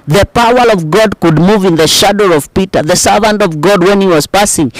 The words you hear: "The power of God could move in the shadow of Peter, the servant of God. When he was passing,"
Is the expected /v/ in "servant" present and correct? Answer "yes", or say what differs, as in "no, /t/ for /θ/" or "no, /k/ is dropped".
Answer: yes